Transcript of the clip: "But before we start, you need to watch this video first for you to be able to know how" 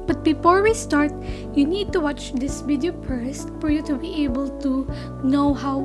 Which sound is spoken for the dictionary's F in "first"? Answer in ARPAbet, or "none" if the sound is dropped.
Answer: P